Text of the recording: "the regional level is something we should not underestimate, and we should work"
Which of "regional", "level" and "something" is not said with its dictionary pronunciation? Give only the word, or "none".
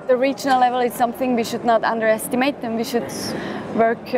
none